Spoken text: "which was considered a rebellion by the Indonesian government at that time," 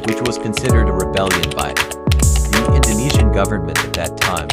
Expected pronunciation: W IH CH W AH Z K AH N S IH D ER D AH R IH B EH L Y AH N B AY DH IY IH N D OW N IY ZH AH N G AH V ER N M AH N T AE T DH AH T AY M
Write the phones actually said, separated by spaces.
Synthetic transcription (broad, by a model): W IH CH W AH Z K AH N S IH D ER D AH R IH B EH L Y AH N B AY DH IY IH N D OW N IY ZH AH N G AH V ER N M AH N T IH T DH AH T AY M